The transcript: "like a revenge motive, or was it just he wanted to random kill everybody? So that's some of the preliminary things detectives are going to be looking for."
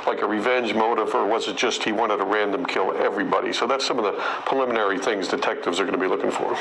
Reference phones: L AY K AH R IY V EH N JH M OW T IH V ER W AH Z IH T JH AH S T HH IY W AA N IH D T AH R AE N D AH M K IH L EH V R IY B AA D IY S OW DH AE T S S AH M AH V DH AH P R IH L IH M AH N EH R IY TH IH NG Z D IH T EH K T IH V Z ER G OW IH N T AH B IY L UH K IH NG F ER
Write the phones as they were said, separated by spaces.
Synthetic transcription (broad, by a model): L AY K AH R IY V EH N JH M OW T IH V ER W AH Z IH T JH AH S T HH IY W AA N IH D T AH R AE N D AH M K IH L EH V R IY B AA D IY S OW DH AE T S S AH M AH V DH AH P R IH L IH M AH N EH R IY TH IH NG Z D IH T EH K T IH V Z ER G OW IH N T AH B IY L UH K IH NG F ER